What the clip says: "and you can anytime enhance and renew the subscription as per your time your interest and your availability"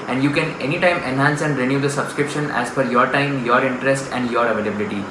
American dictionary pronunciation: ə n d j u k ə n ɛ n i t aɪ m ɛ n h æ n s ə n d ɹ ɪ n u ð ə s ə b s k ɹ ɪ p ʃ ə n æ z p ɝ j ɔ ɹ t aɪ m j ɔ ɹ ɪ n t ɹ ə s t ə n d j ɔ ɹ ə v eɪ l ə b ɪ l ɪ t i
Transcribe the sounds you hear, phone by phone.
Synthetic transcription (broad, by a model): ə n d j u k ə n ɛ n i t aɪ m ɛ n h æ n s ə n d ɹ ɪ n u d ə s ə b s k ɹ ɪ p ʃ ə n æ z f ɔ j ɔ ɹ t aɪ m j ɔ ɹ ɪ n t ɹ ə s t ə n d j ɔ ɹ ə v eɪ l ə b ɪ l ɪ t i